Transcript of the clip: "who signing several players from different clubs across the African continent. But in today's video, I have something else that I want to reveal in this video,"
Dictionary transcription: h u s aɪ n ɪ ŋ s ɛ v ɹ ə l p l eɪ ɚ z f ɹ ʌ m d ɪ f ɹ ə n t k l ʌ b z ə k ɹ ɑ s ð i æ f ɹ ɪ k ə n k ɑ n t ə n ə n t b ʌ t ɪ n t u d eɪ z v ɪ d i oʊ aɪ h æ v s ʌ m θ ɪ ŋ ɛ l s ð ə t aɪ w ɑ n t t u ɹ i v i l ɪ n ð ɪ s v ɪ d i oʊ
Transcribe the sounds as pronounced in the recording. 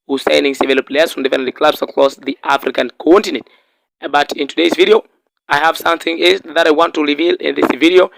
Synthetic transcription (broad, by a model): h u s aɪ n ɪ ŋ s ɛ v ə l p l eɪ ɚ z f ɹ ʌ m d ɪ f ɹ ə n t k l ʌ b s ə k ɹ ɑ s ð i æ f ɹ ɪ k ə n k ɑ n t ə n ə n t b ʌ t ɪ n t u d eɪ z v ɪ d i oʊ aɪ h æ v s ʌ m θ ɪ ŋ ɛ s ð ə t aɪ w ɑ n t t u ɹ i v i l ɪ n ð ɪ s v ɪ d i oʊ